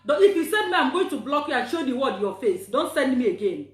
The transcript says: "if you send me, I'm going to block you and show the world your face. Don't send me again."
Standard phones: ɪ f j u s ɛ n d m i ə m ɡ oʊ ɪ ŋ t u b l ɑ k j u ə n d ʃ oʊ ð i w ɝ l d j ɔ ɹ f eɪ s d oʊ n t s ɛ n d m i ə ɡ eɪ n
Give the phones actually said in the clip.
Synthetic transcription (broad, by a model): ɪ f j u s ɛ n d m i ə m ɡ oʊ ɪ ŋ t u b l ɑ k j u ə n ʃ oʊ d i w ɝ d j ɔ f eɪ s d oʊ n t s ɛ n d m i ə ɡ eɪ n